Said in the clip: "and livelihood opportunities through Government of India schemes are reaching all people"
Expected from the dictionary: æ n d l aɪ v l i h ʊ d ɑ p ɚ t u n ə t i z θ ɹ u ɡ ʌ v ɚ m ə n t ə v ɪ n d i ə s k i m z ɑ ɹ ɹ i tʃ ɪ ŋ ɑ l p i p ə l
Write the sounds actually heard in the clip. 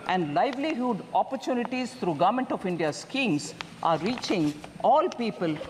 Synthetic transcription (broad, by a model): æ n d l aɪ v l i h ʊ d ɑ p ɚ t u n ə t i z t ɹ u ɡ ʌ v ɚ m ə n t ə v ɪ n d i ə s k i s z ɑ ɹ ɹ i tʃ ɪ ŋ ɑ l p i p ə l